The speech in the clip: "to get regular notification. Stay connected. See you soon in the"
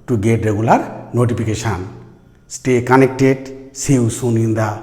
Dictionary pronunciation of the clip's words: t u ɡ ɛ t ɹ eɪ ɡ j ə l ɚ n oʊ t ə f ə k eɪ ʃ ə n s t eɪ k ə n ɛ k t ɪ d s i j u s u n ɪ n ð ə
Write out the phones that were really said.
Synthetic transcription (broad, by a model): t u ɡ ɛ t ɹ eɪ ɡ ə l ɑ n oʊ t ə p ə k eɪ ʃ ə n s t eɪ k ə n ɛ k t ɪ d s i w s u n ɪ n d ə